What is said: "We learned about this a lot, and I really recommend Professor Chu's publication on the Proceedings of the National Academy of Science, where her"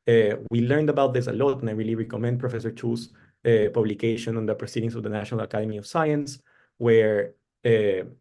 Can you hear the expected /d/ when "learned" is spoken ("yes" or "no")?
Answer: yes